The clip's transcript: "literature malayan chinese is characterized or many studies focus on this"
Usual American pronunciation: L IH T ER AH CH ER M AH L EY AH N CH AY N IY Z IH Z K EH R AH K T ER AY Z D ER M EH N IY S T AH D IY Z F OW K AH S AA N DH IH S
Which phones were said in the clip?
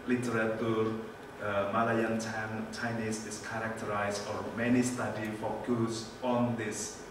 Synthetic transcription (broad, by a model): L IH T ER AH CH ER M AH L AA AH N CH AY N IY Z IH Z K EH R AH K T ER AY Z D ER M EH N IY S T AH D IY F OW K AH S AA N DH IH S